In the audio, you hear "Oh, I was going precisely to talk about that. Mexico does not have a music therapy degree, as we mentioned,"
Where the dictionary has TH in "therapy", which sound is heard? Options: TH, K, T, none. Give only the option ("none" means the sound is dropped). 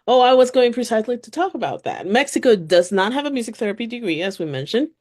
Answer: TH